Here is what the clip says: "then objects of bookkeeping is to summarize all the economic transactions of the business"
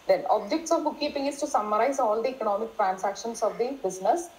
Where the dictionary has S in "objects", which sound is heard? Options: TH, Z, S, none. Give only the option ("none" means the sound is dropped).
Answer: S